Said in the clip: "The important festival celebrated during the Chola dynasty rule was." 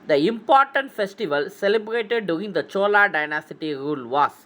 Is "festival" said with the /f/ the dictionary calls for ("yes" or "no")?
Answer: yes